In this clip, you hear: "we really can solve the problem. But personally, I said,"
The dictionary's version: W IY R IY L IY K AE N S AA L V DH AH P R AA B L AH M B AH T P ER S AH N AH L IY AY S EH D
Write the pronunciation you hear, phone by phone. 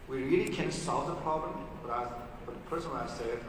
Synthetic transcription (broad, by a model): W IY R IY L IY K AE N S AA L V DH AH P R AA B L AH M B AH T B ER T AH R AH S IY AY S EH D